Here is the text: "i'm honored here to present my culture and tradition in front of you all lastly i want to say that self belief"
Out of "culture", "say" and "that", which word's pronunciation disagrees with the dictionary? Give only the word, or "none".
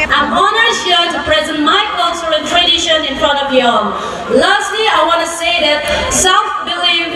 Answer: culture